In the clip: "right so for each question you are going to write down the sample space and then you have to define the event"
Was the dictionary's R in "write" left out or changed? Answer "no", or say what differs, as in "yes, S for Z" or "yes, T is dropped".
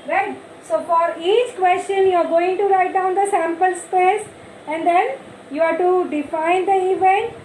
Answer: no